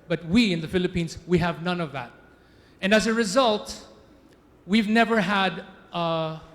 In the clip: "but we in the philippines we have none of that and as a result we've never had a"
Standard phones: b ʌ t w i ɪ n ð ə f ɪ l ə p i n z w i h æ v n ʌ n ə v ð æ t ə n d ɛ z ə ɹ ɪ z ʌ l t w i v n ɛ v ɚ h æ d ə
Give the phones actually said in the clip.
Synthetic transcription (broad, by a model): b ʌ t w i ɪ n ð ə f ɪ l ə p i n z w i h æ v n ʌ n ə v ð æ t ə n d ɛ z ə ɹ ɪ z ʌ l t w i v n ɛ v ɚ h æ d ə